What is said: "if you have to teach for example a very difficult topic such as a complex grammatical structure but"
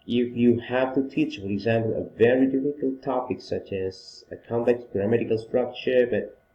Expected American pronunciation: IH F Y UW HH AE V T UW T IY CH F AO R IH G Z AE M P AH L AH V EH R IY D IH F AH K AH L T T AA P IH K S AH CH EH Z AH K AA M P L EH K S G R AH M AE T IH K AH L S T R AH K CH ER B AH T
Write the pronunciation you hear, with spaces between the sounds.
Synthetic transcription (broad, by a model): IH F Y UW HH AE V T UW T IY CH F AO R IH G Z AE M P AH L AH V EH R IY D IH F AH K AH L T T AA P IH K S AH CH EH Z AH K AA M P L EH K S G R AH M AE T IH K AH L S T R AH K CH ER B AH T